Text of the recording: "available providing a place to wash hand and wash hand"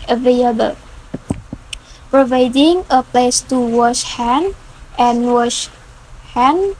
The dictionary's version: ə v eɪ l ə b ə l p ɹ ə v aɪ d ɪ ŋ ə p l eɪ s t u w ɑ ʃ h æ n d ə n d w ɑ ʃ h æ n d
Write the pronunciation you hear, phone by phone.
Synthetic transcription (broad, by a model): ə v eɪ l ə b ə l p ɹ ə v aɪ d ɪ ŋ ə p l eɪ s t u w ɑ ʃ h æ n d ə n w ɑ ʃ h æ n